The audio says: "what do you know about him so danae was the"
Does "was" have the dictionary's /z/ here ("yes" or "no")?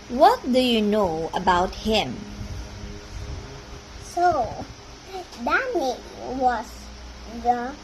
no